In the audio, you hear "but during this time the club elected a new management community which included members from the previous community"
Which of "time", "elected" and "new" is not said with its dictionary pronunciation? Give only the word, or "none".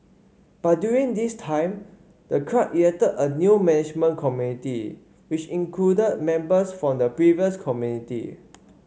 elected